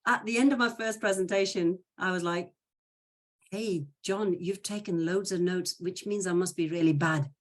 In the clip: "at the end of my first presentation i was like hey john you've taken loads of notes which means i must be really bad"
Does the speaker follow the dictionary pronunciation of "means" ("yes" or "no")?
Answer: yes